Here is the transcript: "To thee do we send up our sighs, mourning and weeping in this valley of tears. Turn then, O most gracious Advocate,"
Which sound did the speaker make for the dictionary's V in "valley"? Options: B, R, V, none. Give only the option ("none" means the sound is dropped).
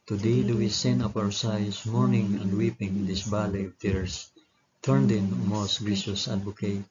B